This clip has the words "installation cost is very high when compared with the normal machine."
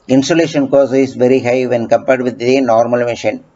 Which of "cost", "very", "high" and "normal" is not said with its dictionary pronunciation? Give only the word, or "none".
cost